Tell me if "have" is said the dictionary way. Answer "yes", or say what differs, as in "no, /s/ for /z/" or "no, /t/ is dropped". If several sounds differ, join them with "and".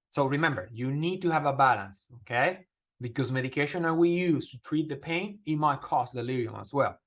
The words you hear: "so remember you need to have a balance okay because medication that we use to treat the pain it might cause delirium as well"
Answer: yes